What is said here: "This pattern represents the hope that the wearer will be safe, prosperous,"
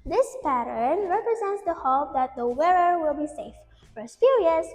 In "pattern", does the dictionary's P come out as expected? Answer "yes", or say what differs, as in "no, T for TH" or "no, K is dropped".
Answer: yes